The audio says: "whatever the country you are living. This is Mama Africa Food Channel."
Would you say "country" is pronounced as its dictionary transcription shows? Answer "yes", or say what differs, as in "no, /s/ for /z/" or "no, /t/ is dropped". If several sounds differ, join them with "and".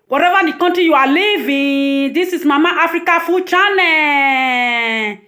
no, /ɹ/ is dropped